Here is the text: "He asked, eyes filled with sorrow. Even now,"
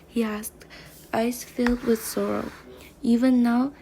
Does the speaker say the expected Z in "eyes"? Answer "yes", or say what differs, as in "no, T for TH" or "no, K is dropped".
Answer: no, S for Z